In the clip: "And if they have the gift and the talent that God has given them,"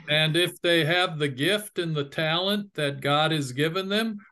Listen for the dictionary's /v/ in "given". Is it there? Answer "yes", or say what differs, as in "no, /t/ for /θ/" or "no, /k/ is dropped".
yes